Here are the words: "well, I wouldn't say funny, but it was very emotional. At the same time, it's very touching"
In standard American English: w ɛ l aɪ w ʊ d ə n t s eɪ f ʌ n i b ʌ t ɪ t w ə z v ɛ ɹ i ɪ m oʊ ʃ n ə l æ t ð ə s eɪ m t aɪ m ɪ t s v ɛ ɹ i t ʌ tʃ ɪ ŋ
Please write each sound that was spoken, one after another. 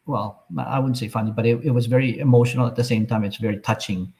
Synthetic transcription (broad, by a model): w ɛ l aɪ w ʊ d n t s eɪ f ʌ n i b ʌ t ɪ t w ə z v ɛ ɹ i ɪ m oʊ ʃ n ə l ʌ t ð ə s eɪ m t aɪ m ɪ t s v ɛ ɹ i t ʌ tʃ ɪ ŋ